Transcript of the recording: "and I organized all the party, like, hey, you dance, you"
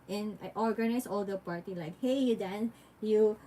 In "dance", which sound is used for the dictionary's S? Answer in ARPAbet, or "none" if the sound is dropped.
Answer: none